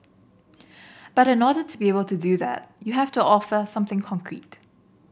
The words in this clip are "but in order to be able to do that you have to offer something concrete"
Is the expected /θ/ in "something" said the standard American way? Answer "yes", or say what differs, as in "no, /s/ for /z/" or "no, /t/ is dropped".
yes